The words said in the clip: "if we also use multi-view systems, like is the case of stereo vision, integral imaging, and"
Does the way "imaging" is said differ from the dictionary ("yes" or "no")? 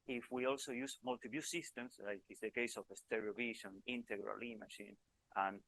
yes